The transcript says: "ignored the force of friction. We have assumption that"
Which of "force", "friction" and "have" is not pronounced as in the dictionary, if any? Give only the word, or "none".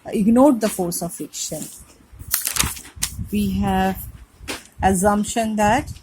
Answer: friction